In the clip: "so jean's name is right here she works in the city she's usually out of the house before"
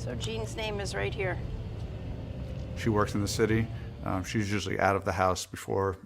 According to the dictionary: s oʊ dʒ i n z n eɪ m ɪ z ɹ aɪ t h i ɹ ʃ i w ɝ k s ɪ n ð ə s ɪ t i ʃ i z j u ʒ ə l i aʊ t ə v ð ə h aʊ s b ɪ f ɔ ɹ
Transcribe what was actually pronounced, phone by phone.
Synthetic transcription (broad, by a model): s oʊ dʒ i n z n eɪ m ɪ z ɹ aɪ t h i ɹ ʃ i w ɝ k s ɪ n ð ə s ɪ t i ʃ i z j u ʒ l i aʊ t ə v ð ə h aʊ s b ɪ f ɔ ɹ